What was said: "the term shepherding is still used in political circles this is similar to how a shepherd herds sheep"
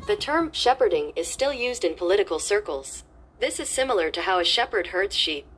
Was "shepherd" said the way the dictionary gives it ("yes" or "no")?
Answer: yes